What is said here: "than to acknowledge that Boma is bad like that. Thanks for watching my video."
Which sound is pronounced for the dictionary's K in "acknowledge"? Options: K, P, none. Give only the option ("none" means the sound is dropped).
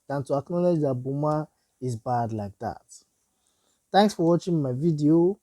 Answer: K